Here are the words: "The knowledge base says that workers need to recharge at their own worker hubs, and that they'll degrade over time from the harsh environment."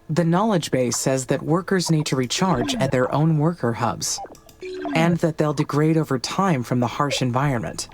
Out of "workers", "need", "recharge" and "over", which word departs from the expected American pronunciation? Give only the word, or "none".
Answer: none